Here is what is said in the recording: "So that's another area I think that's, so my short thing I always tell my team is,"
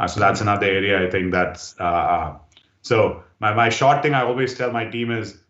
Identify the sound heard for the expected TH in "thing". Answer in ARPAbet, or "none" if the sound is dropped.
T